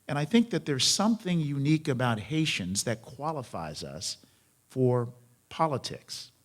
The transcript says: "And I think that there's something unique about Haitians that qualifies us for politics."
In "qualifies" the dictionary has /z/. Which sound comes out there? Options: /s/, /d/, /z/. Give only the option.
/z/